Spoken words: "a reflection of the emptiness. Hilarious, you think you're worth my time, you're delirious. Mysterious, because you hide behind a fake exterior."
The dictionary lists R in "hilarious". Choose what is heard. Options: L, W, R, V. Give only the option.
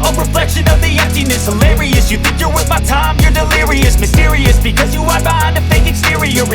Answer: R